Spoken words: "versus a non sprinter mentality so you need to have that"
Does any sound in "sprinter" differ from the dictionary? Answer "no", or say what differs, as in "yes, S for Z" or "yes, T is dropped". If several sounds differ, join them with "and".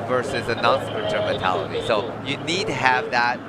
yes, N is dropped